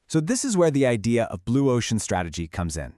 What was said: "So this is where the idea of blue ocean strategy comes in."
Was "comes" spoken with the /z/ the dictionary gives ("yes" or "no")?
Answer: yes